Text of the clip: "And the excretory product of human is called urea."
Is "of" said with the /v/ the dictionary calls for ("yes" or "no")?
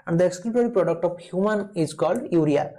no